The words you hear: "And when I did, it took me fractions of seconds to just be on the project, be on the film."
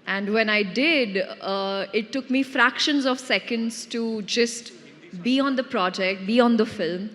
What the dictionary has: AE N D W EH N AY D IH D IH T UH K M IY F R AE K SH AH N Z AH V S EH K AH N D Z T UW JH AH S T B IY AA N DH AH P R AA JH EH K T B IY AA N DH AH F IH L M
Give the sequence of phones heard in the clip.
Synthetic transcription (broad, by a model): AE N D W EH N AY D IH D IH T UH K M IY F R AE K SH AH N Z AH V S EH K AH N D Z T UW JH AH S T B IY AA N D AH P R AA JH EH K T B IY AA N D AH F IH L M